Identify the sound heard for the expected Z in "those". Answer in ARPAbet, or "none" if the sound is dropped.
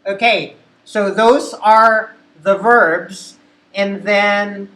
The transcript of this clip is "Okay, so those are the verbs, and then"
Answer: Z